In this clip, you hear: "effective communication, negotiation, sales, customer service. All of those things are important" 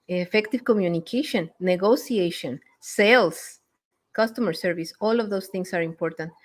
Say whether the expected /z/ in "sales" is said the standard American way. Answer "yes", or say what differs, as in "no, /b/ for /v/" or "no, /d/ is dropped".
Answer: no, /s/ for /z/